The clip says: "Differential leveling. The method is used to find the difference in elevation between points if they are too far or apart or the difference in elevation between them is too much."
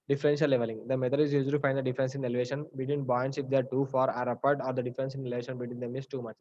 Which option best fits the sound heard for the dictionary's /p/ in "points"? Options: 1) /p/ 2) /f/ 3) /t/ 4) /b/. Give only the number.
4